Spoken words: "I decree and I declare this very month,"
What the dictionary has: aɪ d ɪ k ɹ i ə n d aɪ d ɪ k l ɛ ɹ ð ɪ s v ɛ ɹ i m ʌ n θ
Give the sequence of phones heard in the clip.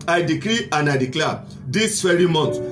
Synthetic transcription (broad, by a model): aɪ d ɪ k ɹ i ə n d aɪ d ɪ k l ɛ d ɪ s f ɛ ɹ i m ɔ n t